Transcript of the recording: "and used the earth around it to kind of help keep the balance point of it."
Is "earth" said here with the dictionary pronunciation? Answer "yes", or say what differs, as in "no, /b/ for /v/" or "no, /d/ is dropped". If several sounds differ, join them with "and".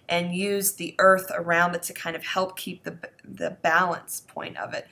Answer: yes